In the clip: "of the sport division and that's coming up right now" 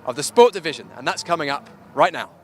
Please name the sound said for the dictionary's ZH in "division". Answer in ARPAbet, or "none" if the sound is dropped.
ZH